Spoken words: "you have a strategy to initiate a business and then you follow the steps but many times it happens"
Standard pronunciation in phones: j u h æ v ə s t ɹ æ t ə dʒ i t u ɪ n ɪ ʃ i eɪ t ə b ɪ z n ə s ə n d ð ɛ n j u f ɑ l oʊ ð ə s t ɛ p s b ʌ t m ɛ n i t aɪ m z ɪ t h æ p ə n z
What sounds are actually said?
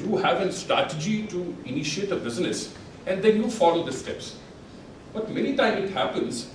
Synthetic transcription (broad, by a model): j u h æ v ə s t ɹ æ t ə dʒ i t u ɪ n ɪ ʃ i eɪ t ə b ɪ z n ə s ə n d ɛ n j u f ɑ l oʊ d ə s t ɛ p s b ʌ t m ɛ n i t aɪ m ɪ t h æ p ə n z